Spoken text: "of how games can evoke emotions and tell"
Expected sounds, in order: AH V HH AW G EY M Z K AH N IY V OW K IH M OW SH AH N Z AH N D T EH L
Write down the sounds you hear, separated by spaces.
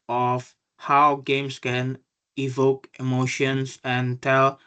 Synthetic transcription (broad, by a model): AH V HH AW G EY M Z K AH N IY V OW K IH M OW SH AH N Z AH N T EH L